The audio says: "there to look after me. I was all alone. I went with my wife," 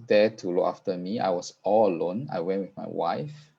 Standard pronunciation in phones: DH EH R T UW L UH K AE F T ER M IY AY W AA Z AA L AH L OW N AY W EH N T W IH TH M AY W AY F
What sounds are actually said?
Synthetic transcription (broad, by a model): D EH T UW L UH K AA F T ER M IY AY W AA S AA L AH L OW N AY W EH N T W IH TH M AY W AY F